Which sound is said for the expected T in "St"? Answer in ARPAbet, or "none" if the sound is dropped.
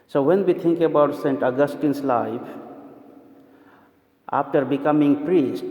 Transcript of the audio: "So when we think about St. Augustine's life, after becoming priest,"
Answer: T